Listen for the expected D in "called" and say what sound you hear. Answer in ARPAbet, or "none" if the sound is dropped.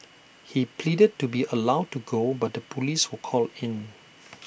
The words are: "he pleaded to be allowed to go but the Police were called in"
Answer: none